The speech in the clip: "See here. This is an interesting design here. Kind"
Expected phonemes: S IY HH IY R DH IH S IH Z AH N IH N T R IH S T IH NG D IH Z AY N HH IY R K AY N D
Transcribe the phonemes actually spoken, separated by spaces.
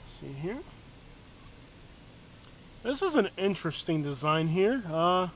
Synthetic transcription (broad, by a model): S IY HH IY R DH IH S IH Z AH N IH N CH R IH S T IH NG D IH Z AY N HH IY R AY